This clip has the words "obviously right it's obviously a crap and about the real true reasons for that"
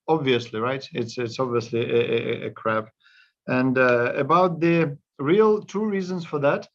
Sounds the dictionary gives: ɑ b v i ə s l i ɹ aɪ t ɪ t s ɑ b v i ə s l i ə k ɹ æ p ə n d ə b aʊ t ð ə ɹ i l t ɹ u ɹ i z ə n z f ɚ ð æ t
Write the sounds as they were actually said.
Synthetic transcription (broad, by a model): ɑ b v i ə s l i ɹ aɪ t ɪ t s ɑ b v i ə s l i ə k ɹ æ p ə n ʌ ə b aʊ t ð ə ɹ i l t u ɹ i z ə n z f ɚ ð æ t